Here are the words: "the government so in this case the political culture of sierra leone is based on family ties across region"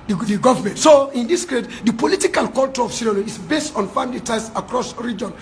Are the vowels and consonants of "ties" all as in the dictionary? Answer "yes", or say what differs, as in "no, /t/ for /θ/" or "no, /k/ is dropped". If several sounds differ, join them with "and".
no, /s/ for /z/